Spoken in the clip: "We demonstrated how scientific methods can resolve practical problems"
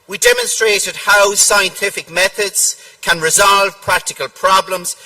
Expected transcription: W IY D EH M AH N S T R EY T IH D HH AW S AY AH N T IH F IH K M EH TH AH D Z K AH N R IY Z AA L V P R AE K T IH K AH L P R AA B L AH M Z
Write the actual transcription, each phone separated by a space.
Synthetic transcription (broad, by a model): W IY D EH M AH N S T R EY T IH D HH AW S AY AH N T IH F IH K M EH TH AH D Z K AH N R IY Z AA L V P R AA K T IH K AH L P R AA B L AH M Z